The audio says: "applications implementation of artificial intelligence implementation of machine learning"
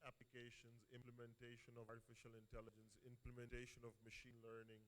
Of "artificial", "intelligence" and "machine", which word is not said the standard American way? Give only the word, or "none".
none